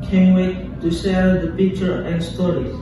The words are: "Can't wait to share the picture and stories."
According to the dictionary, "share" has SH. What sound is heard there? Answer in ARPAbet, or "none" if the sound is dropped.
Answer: S